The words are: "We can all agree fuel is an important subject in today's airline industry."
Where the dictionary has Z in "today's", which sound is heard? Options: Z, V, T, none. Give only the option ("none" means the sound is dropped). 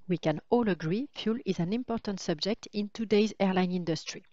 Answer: Z